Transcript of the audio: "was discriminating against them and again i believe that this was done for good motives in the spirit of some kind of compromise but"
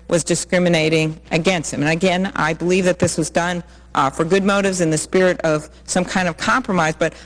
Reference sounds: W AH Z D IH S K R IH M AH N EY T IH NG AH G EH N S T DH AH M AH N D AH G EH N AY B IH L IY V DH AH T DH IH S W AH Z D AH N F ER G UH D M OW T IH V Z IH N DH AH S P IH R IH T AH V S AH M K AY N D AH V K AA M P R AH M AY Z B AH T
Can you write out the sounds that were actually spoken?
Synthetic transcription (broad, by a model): W AH Z D IH S K R IH M AH N EY T IH NG AH G EH N S T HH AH M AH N AH G EH N AY B IH L IY V DH AH T DH IH S W AH Z D AH N F ER G UH D M OW T IH V Z IH N DH AH S P IH R IH T AH V S AH M K AY N D AH V K AA M P R AH M AY Z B AH T